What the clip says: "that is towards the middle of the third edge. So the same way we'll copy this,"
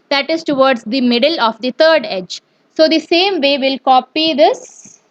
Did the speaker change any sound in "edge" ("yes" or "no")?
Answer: no